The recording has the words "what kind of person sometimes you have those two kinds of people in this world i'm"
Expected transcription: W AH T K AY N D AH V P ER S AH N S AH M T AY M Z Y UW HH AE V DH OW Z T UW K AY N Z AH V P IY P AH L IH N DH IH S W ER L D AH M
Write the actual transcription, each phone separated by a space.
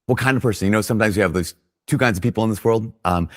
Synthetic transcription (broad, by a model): W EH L K AY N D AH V P ER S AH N S AH M T AY M Z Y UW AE V DH OW Z T UW K AY N Z AH V P IY P L IH N DH IH S W ER L D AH M